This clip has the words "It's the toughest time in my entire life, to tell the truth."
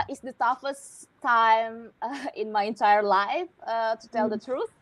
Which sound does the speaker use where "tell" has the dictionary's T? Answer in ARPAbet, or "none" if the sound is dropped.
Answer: T